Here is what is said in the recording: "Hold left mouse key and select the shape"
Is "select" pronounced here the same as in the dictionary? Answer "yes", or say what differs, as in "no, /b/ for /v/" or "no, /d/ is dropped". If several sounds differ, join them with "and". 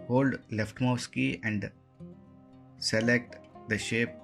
yes